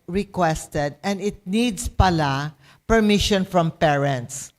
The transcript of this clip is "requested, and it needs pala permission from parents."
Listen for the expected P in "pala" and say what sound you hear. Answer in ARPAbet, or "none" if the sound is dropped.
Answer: P